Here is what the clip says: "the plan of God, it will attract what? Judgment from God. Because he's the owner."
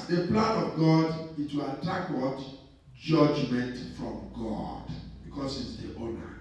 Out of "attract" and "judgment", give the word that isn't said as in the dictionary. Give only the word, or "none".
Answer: attract